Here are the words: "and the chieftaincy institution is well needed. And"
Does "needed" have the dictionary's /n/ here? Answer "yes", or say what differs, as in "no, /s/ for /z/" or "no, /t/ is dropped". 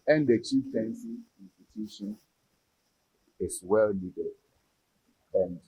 no, /l/ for /n/